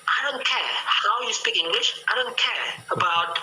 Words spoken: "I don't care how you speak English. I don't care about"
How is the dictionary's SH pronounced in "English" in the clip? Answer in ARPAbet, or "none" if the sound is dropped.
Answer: SH